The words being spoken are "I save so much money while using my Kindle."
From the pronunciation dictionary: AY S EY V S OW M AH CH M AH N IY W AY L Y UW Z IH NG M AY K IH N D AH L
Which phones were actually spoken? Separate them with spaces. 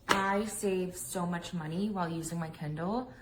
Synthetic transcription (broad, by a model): AY S EY V S OW M AH CH M AH N IY W AY L Y UW Z IH NG M AY K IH N D L